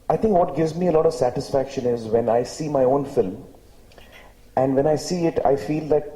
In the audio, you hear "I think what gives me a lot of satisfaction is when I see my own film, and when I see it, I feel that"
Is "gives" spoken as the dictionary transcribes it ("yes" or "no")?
yes